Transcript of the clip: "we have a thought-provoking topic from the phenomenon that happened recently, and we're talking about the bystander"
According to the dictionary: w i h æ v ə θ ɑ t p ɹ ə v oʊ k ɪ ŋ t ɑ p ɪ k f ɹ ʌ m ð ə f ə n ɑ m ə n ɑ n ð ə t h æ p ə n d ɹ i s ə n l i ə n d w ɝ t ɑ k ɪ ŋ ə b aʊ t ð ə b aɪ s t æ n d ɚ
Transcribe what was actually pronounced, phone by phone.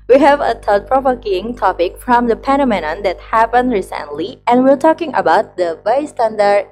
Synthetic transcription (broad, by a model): w i h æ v ə t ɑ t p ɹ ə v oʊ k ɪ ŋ t ɑ p ɪ k f ɹ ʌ m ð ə p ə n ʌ m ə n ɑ n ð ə t h æ p ə n d ɹ i s ə n l i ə n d w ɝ t ɑ k ɪ ŋ ə b aʊ t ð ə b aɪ s t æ n d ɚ